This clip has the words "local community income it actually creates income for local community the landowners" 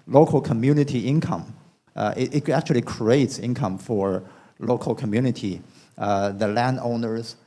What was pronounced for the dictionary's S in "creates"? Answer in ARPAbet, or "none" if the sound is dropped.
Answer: S